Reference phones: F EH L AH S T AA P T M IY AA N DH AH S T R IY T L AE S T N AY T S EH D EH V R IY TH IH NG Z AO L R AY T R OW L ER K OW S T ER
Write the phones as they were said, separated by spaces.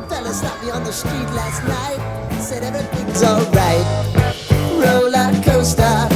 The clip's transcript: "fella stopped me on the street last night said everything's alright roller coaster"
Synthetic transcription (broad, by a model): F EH L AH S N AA T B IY AA N DH AH S T R IY T L AE S T N AY T S EH D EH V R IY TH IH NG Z AO L R AY T R OW L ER K OW S T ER